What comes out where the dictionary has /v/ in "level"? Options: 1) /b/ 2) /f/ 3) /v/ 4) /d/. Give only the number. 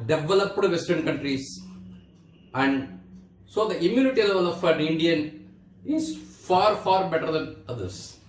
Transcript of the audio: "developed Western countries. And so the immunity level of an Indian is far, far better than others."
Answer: 3